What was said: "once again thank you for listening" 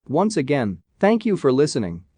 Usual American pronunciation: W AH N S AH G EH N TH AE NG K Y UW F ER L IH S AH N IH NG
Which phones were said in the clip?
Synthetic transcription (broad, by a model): W AH N S AH G EH N TH AE NG K Y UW F ER L IH S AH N IH NG